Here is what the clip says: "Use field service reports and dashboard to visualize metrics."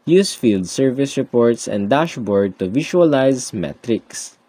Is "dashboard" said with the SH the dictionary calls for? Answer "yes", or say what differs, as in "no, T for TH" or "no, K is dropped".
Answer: yes